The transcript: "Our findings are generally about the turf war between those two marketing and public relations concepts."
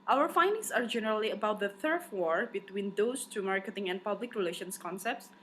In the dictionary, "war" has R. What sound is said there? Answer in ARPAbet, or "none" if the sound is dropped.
R